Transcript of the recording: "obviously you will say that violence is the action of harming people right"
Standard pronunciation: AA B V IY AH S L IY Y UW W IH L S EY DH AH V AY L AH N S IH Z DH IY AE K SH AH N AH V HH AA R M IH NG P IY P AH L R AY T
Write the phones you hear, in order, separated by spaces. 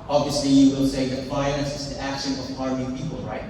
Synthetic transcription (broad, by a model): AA B V IY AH S L IY Y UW W IH L S EY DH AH F AY N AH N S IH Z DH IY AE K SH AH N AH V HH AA R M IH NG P IY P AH L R AY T